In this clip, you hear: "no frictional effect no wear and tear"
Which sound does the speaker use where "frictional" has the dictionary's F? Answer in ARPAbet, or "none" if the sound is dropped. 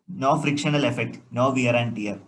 F